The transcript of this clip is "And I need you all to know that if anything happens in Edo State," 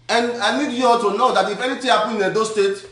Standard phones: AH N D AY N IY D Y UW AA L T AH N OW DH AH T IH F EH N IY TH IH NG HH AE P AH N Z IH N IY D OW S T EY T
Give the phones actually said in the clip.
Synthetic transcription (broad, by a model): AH N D AY N IY D Y UW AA T AH N OW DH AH T IH F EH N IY T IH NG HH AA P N IH N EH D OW S T EY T